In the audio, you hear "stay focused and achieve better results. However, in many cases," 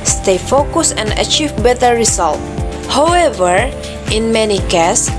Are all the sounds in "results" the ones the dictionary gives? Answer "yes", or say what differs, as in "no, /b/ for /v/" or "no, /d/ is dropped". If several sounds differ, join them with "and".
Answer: no, /s/ is dropped